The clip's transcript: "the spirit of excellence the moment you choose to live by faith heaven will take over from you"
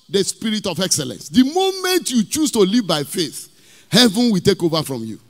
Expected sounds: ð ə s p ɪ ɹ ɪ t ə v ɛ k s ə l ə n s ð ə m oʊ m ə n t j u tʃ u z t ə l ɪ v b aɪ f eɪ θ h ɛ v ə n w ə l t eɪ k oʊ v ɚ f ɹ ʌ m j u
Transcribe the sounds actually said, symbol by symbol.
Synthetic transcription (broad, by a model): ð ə s p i ɹ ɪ t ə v ɛ k s ə l ə n s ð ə m oʊ m ə n t j u tʃ u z t ə l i v b aɪ f eɪ θ h ɛ v ə n w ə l t eɪ k oʊ v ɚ f ɹ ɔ m j u